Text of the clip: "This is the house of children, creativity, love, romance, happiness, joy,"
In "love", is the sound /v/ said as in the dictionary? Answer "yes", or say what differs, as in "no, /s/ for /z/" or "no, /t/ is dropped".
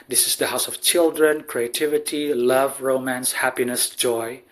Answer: yes